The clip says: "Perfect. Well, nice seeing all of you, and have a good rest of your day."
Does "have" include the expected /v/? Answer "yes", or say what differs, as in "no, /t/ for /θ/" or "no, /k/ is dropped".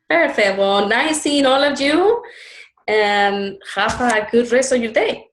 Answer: no, /f/ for /v/